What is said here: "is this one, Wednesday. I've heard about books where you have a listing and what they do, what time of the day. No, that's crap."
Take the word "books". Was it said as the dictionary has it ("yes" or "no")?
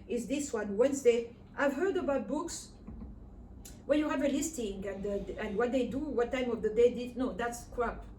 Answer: yes